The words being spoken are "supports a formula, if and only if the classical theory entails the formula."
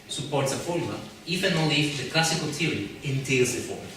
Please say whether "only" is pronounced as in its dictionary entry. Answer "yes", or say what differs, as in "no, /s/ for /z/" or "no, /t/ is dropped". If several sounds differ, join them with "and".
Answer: no, /n/ is dropped